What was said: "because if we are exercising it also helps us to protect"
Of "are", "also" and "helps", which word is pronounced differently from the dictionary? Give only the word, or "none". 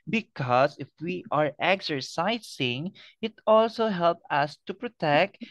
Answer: helps